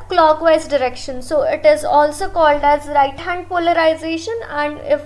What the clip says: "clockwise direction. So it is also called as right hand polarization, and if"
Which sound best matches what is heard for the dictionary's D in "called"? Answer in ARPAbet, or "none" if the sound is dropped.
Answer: D